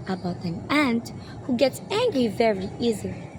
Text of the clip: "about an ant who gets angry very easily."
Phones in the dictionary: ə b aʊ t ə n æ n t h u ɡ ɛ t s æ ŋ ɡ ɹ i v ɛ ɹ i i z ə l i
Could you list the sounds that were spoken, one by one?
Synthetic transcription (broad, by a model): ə b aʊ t ə n æ n t h u ɡ ɛ t s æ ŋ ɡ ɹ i v ɛ ɹ i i z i